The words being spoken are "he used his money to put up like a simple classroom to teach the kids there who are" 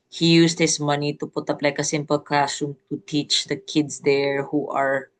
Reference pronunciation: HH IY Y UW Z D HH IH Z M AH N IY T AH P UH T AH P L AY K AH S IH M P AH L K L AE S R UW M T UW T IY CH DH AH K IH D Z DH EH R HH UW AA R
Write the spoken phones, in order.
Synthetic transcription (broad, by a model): HH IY Y UW S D HH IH S M AH N IY T AH P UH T AH P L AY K AH S IH M P AH L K AA S UW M T UW T IY CH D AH K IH D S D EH R HH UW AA R